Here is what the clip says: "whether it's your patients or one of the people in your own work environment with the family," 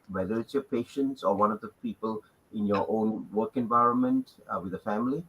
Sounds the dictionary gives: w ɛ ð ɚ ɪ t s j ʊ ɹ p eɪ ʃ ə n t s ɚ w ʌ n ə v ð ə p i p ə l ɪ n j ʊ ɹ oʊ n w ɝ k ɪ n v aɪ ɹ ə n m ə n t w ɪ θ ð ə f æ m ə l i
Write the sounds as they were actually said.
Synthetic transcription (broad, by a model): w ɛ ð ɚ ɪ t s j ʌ p eɪ ʃ ə n t s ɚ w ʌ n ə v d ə p i p ə l ɪ n j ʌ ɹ oʊ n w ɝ k ɪ n v aɪ ɹ ə n m ə n t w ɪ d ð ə f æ m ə l i